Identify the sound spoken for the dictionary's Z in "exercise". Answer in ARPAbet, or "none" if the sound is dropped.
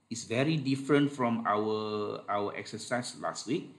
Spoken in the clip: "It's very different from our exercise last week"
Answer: S